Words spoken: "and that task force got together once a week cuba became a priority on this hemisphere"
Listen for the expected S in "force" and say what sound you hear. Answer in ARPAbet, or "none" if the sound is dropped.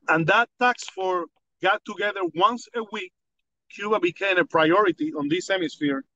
none